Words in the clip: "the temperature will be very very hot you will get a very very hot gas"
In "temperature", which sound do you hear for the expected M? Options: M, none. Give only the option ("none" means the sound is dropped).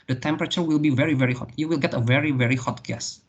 M